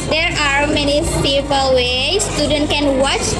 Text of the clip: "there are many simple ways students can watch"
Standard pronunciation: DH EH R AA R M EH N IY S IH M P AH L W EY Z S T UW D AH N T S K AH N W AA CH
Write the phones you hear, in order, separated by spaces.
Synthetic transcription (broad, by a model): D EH R AA R M EH N IY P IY P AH L W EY S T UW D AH N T K AH N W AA CH